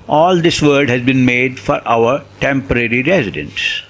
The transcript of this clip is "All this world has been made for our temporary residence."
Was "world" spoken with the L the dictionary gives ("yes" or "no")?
no